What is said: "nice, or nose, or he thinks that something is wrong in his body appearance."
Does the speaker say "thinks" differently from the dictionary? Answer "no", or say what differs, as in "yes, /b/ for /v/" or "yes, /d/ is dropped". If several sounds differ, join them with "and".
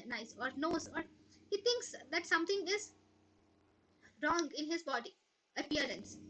yes, /t/ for /θ/